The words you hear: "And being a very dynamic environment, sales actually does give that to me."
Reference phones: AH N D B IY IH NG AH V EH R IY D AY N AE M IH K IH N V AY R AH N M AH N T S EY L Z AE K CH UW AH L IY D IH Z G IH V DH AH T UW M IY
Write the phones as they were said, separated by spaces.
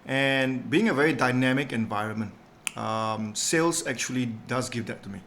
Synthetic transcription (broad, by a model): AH N B IY IH NG AH V EH R IY D AY N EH M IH K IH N V AY R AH N M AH N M S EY L S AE K CH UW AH L IY D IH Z G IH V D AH T UW M IY